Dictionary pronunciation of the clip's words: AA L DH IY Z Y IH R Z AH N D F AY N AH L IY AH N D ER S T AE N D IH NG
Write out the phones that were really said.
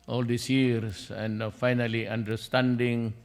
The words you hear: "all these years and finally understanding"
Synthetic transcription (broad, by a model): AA L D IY S Y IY R S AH N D F AY N AH L IY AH N D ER S T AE N D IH NG